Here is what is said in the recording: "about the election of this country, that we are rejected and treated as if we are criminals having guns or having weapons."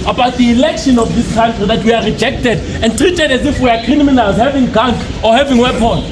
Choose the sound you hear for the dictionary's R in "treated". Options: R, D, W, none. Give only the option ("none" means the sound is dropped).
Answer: R